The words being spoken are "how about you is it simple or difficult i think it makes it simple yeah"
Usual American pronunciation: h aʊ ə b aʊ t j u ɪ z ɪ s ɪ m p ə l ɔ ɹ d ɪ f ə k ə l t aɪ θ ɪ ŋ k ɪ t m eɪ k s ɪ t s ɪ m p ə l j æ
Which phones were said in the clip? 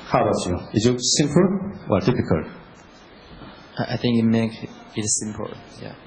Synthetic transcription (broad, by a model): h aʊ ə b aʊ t j u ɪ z ɪ s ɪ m p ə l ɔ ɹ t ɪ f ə k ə l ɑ aɪ θ ɪ ŋ k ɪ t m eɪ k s ɪ t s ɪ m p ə n j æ